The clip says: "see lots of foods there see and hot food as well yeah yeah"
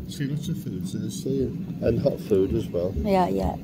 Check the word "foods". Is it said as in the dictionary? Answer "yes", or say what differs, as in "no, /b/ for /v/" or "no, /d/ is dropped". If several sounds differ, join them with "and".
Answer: yes